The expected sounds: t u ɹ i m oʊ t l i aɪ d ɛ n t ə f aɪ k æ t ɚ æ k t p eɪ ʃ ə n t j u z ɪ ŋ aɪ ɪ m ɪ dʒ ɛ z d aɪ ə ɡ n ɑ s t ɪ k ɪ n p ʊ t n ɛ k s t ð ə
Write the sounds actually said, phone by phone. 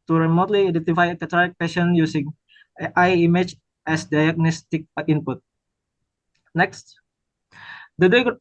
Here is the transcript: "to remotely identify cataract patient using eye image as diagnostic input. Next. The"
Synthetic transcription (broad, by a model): t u ɹ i m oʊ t l i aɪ d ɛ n t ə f aɪ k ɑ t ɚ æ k p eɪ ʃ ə n j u s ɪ ŋ aɪ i m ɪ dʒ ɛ s d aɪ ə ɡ n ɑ s t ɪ k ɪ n p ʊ t n ɛ k s t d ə